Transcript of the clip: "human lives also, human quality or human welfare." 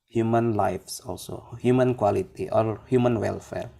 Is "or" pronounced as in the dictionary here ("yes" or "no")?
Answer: no